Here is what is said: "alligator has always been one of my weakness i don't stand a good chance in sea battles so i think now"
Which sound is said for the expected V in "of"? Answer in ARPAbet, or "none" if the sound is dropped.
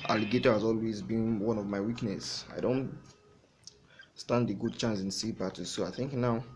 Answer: V